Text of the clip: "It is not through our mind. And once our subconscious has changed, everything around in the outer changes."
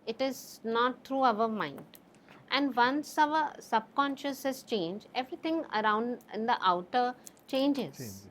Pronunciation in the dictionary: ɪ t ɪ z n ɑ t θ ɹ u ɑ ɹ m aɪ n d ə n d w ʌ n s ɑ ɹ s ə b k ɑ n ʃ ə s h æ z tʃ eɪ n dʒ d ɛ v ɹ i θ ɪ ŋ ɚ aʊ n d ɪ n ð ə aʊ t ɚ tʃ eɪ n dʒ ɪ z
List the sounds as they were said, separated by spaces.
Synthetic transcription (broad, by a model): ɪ t ɪ z n ɑ t t ɹ u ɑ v m aɪ n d ə n d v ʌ n s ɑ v s ə b k ɑ n ʃ ə s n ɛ s tʃ eɪ n dʒ ɛ v ɹ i t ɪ ŋ ɚ aʊ n d ɪ n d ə aʊ t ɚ tʃ eɪ n dʒ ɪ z